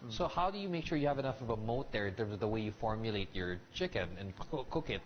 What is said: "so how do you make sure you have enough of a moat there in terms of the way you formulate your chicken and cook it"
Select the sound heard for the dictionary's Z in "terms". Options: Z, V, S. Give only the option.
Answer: Z